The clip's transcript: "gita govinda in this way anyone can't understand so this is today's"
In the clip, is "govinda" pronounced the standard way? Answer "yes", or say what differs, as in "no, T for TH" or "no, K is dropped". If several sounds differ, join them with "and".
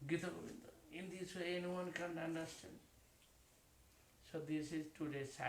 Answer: no, B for V